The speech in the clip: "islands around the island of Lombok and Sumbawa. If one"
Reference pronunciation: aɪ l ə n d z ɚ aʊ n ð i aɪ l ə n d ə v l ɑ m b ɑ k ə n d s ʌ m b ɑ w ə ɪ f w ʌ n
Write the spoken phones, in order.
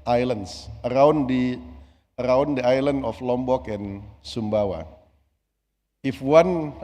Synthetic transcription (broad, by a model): aɪ l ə n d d ɚ aʊ n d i aɪ l ə n d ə f l ɑ m b ɑ k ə n s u m b ɑ w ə ɪ f w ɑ n